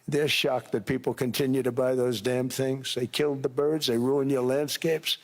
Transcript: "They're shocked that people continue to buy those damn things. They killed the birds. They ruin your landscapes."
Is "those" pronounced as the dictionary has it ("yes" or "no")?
yes